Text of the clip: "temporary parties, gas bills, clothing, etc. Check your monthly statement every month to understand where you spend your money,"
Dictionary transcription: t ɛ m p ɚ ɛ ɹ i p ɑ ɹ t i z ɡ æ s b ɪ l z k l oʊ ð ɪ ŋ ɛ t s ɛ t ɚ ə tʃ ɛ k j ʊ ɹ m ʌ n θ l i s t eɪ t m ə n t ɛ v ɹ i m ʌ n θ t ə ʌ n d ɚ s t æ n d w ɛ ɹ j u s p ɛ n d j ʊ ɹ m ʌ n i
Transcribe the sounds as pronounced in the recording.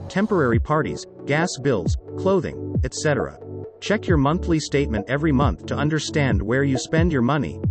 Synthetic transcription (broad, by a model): t ɛ m p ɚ ɛ ɹ i p ɑ ɹ t i z ɡ æ s b ɪ l z k l oʊ ð ɪ ŋ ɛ t s ɛ t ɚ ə tʃ ɛ k j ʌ ɹ m ʌ n θ l i s t eɪ t m ə n t ɛ v ɹ i m ʌ n θ t ə ʌ n d ɚ s t æ n d w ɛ ɹ j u s p ɛ n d j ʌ ɹ m ʌ n i